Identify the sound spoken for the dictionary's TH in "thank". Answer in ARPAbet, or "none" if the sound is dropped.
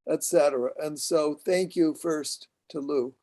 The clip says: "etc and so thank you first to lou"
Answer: TH